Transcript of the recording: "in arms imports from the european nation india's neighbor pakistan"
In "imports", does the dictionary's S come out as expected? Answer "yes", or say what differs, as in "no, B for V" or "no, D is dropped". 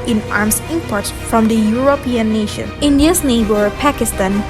no, S is dropped